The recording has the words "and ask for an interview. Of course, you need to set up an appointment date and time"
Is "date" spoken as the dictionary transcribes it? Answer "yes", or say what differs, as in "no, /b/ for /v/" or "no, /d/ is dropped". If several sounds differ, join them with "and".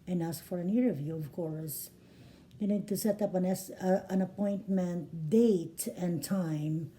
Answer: yes